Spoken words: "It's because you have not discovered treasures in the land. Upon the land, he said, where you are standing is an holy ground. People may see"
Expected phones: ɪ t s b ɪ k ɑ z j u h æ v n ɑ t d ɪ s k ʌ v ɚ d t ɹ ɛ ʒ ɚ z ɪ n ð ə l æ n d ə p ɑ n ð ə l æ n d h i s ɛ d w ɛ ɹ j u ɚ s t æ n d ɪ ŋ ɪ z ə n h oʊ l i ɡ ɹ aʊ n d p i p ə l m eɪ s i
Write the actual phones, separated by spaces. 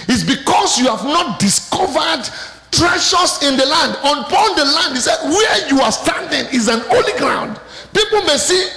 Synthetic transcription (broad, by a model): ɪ t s b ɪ k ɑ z j u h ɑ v n ɑ t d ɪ s k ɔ v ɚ d t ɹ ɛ ʃ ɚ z ɪ n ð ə l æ n d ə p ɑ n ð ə l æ n d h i s ɛ d w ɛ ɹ j u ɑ s t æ n d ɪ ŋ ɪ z ə n oʊ l i ɡ ɹ aʊ n d p i p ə l m eɪ s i